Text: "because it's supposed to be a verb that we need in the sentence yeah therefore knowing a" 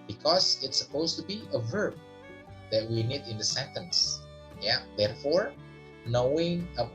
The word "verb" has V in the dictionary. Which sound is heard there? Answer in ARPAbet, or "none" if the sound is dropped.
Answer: V